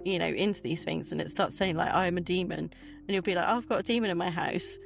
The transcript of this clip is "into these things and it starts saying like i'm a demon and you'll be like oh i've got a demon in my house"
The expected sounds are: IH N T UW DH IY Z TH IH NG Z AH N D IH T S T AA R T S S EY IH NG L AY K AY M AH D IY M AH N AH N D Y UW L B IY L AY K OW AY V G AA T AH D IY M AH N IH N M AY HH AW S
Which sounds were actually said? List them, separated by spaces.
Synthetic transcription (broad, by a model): IH N T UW DH IY Z TH IH NG Z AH N IH T S T AA T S S EY IH NG L AY K AY M AH D IY M AH N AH N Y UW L B IY L AY K AY V G AA T AH D IY M AH N IH N M AY HH AW S